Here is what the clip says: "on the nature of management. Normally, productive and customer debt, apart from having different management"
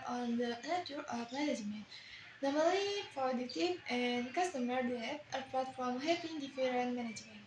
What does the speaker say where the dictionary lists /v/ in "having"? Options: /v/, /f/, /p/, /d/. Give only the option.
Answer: /p/